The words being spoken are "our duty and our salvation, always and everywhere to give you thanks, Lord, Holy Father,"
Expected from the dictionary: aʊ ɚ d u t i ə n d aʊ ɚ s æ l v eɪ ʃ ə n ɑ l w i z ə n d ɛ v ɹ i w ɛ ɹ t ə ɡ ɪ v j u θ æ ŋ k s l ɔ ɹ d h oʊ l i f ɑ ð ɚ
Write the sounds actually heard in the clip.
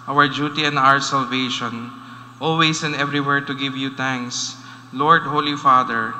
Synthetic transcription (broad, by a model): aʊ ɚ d u t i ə n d aʊ ɚ s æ l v eɪ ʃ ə n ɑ l w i s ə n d ɛ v ɹ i w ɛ ɹ t ə ɡ ɪ v j u t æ ŋ k s l ɔ ɹ d h oʊ l i f ɑ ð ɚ